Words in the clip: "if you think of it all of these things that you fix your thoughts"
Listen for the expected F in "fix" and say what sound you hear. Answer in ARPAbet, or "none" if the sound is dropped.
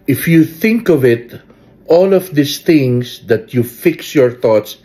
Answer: F